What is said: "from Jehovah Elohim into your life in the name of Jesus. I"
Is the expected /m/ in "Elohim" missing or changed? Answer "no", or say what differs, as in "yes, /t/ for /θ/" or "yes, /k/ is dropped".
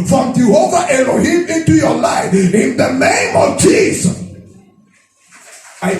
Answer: yes, /m/ is dropped